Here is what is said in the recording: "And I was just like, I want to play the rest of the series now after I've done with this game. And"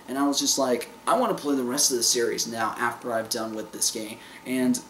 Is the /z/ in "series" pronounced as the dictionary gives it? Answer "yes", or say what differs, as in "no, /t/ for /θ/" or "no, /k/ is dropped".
yes